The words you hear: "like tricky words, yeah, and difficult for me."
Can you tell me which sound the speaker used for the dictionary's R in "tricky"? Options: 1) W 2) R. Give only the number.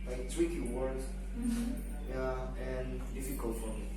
1